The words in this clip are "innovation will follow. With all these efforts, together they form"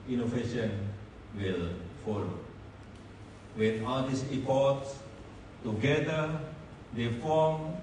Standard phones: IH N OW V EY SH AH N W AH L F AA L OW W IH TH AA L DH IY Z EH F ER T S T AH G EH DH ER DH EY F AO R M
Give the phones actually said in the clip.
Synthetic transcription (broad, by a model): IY N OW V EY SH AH N W AH L F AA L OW W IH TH AA L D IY S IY P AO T S T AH G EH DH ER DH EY F AO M